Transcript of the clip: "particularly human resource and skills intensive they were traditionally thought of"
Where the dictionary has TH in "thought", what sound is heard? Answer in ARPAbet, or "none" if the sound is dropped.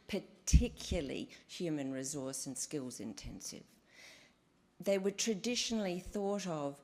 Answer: TH